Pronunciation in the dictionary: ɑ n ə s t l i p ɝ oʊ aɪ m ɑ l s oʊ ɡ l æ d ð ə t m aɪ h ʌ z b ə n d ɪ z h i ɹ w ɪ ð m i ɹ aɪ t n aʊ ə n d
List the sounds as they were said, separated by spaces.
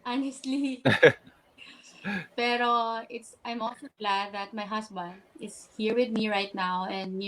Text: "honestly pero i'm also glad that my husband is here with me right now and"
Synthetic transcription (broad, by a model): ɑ n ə s t l i p ɝ oʊ aɪ m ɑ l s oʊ ɡ l æ d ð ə t m aɪ h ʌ s b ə n d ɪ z h i ɹ w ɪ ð m i ɹ aɪ t n aʊ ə n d